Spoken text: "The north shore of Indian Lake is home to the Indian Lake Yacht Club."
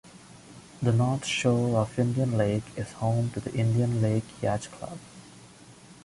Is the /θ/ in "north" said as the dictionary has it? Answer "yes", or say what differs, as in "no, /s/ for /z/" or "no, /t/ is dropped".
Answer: no, /t/ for /θ/